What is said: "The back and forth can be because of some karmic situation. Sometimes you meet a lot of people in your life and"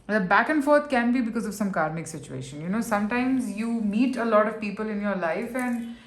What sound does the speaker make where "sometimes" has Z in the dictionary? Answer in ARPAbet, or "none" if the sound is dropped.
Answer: Z